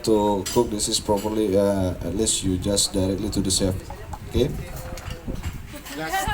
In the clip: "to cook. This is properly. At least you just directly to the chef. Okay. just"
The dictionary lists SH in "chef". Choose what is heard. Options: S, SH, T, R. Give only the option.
S